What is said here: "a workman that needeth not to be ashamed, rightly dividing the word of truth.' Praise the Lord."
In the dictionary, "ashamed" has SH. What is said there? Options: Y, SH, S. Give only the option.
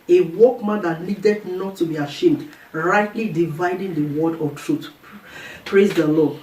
SH